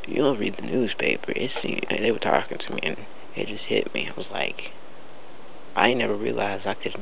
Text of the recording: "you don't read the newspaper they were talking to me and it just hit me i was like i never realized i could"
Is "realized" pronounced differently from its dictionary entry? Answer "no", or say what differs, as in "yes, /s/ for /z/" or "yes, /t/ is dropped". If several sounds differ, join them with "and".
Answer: yes, /d/ is dropped